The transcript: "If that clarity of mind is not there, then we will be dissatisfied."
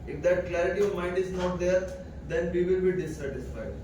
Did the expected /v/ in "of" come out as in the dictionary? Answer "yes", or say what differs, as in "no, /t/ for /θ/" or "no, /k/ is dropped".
yes